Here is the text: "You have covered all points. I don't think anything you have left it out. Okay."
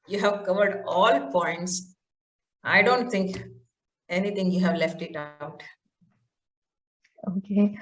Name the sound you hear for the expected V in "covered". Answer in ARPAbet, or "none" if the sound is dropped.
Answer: V